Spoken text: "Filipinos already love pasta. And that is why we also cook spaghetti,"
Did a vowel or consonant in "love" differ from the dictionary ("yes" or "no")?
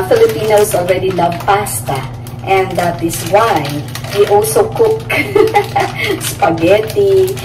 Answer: yes